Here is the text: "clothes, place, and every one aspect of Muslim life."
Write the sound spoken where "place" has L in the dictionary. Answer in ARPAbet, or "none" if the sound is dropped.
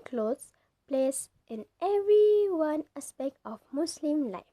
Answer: L